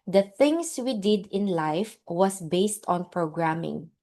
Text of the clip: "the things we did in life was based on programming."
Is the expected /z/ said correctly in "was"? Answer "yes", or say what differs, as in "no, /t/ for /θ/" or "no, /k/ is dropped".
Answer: no, /s/ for /z/